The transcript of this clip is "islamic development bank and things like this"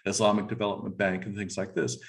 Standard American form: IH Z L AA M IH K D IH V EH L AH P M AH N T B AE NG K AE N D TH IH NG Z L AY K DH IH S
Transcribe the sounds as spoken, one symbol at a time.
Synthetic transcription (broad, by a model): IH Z L AA M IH K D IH V EH L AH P M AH N B AE NG K N TH IH NG Z L AY K DH IH S